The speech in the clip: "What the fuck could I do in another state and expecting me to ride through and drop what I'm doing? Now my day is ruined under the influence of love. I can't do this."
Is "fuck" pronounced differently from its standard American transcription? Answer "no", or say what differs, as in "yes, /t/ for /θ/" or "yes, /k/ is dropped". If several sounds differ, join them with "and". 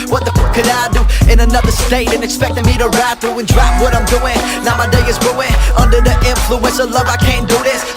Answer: yes, /p/ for /f/